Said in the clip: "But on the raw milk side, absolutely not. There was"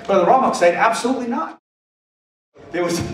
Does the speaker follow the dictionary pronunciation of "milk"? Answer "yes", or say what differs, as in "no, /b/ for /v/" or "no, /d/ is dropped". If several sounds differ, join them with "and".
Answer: no, /l/ is dropped